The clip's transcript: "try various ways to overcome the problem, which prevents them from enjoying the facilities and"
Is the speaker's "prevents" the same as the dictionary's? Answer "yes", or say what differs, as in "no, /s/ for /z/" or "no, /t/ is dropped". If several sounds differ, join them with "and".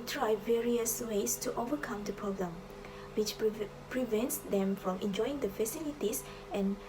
yes